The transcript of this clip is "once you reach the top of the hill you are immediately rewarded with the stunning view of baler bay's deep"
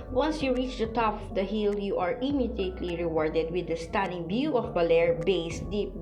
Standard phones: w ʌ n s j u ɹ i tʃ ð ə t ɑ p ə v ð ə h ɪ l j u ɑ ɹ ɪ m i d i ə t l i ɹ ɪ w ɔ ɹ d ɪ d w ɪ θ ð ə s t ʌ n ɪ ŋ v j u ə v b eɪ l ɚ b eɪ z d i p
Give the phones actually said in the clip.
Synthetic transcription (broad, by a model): w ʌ n s j u ɹ i tʃ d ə t ɑ p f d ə h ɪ l j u ɑ ɹ ɪ m i d i ə t l i ɹ ɪ w ɔ ɹ d ɪ d w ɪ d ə s t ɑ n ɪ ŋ b j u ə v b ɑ l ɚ b eɪ s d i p